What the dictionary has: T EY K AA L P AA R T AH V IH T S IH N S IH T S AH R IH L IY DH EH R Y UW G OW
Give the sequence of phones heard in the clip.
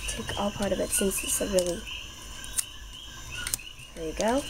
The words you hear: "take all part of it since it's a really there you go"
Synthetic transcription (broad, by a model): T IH K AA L P AA R T AH V IH T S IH S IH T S AH R IH L IY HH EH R Y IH G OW